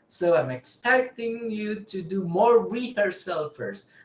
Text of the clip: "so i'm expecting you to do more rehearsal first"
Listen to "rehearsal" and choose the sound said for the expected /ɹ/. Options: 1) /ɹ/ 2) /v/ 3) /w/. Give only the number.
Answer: 3